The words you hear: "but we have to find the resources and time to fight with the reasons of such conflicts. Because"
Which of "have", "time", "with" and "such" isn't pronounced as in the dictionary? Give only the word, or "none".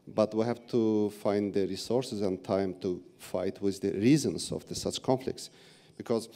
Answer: none